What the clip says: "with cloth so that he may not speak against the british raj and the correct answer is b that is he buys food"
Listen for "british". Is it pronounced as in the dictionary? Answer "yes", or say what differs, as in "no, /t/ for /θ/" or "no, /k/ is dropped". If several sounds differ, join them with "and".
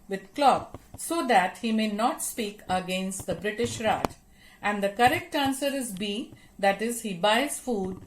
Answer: yes